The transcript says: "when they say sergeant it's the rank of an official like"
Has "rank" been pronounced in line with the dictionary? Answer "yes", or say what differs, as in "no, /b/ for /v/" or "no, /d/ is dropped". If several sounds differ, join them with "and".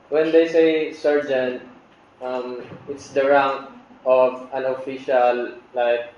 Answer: no, /k/ is dropped